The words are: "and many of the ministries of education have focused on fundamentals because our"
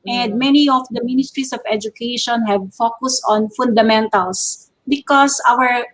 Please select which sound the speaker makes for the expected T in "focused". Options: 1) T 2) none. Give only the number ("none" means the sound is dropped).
1